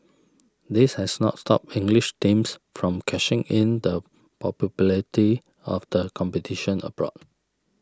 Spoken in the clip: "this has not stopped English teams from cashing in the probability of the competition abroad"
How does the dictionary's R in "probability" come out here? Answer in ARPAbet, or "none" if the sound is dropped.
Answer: none